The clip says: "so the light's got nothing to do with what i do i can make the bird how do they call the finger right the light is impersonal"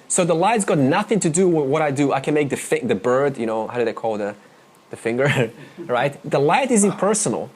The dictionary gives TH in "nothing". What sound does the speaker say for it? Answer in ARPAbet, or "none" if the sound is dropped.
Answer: TH